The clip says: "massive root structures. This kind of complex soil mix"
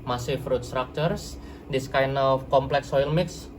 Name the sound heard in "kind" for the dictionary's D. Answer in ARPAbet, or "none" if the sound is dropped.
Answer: none